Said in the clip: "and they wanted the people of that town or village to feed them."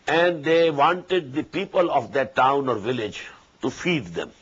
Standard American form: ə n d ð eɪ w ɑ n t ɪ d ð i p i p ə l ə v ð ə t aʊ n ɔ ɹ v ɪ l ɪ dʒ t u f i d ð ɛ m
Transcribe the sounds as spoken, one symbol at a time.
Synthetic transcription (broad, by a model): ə n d eɪ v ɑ n t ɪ d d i p i p ə l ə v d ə t aʊ n ɔ ɹ v ɪ l ɪ dʒ t u f i d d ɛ m